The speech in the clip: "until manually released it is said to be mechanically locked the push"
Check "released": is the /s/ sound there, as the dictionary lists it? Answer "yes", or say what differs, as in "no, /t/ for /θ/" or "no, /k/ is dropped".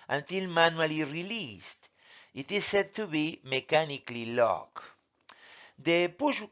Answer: yes